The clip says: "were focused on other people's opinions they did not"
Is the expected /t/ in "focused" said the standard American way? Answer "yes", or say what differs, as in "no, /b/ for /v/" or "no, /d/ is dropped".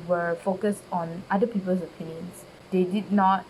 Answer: yes